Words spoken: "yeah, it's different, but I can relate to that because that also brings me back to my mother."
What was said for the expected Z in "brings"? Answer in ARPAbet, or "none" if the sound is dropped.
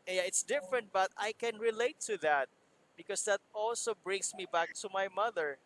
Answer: S